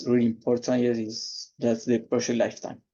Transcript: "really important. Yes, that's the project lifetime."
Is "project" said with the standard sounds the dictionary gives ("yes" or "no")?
no